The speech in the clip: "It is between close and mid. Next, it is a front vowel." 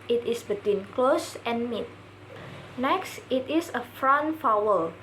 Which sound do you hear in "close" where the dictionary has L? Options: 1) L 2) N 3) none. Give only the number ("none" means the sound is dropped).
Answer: 1